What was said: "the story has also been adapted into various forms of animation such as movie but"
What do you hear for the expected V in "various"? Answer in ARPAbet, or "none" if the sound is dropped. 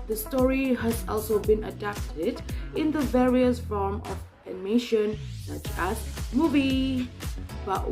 V